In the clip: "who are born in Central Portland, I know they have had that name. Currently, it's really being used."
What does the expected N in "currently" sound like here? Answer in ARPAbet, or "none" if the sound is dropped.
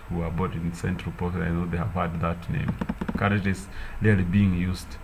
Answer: none